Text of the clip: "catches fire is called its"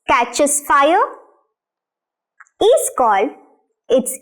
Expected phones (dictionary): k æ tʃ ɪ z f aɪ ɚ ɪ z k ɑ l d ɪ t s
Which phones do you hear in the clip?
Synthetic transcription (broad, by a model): k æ tʃ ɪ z f aɪ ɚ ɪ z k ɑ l ɪ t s